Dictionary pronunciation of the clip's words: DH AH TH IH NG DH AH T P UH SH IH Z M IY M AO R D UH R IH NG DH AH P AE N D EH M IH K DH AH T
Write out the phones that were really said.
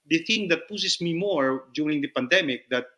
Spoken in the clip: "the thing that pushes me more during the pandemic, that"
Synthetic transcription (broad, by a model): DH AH TH IH NG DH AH T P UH S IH S M IY M AO R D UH R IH NG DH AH P AE N D EH M IH K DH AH T